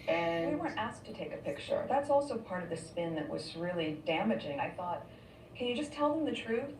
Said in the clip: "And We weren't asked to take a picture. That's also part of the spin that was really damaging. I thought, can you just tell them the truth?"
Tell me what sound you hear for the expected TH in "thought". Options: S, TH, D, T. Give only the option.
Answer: TH